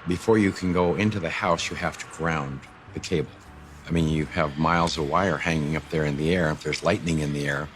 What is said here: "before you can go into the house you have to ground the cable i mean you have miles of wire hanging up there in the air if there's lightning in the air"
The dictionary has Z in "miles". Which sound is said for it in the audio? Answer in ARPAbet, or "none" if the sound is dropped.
Z